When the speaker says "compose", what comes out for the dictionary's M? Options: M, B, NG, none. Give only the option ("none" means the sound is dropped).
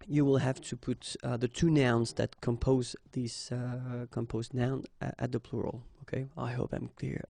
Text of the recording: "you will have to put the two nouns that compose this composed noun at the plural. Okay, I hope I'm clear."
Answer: M